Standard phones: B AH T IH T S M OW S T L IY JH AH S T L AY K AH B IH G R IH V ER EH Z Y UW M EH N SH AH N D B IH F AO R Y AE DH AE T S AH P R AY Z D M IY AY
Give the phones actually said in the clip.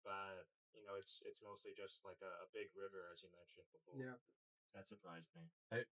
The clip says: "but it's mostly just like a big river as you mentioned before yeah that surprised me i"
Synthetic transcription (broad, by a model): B AH T IH T S M OW S T L IY JH AH S T L AY K AH B IH G R IH V ER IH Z Y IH M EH N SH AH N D B IH F AO R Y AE DH AE T S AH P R AY Z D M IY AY